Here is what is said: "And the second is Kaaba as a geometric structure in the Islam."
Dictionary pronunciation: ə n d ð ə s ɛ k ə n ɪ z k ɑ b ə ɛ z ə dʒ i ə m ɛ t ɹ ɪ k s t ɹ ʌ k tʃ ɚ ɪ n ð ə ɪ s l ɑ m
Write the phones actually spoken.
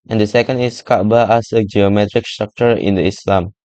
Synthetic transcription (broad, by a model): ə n d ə s ɛ k ə n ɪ s k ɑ b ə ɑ s ə dʒ i ə m ɛ t ɹ ɪ k s t ɹ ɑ k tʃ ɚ ɪ n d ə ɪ s l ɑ m